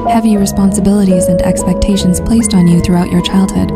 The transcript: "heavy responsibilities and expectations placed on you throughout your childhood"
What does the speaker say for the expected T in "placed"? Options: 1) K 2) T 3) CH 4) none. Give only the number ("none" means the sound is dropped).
2